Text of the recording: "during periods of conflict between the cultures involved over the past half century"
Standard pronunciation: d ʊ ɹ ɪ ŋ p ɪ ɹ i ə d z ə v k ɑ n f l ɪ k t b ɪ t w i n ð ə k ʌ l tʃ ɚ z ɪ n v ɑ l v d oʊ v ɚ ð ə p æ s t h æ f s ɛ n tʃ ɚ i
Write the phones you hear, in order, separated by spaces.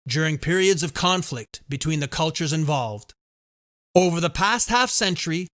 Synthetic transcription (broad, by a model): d ʊ ɹ ɪ ŋ p ɪ ɹ i ə d z ə v k ɑ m f l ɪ k t b ɪ t w i n ð ə k ʌ l tʃ ɚ z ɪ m v ɑ l v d oʊ v ɚ ð ə p æ s t h æ f s ɛ n tʃ ɚ i